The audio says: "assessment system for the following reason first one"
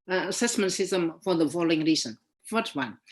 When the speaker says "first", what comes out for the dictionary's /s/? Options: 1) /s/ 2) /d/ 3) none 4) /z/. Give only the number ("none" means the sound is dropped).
3